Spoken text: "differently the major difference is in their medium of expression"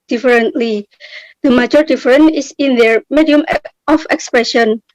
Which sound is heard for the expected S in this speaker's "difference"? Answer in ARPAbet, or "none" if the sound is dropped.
none